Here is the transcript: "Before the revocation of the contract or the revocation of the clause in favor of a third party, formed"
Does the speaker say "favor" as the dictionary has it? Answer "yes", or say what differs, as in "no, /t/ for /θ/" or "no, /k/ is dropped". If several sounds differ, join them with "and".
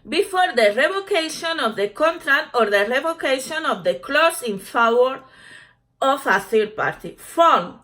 no, /w/ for /v/